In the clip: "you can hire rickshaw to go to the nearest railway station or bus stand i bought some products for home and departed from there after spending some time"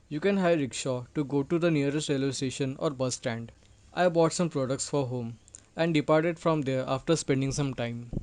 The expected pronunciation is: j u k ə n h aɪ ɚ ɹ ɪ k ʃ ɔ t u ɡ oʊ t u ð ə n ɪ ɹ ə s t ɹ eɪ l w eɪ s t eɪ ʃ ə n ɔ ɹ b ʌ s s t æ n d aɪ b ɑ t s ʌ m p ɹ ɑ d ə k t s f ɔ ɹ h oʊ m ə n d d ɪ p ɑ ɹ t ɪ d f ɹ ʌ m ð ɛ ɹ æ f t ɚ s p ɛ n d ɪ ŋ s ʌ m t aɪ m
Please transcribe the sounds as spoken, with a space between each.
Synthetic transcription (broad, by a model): j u k ə n h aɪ ɹ ɪ k ʃ ɔ t u ɡ oʊ t u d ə n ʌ ɹ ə s t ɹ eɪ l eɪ s t eɪ ʃ ə n ɔ ɹ b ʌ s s t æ n d aɪ b ɑ t s ʌ m p ɹ ɑ d ə k t s f ɔ ɹ h oʊ m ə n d d ɪ p ɑ ɹ t ɪ d f ɹ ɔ m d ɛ ɹ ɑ f t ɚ s p ɛ n d ɪ ŋ s ʌ m t aɪ m